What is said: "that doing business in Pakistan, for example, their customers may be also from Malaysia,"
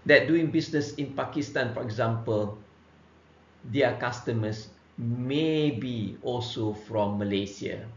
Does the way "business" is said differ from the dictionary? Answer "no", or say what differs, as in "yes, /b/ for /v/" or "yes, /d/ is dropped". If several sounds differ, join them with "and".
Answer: yes, /s/ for /z/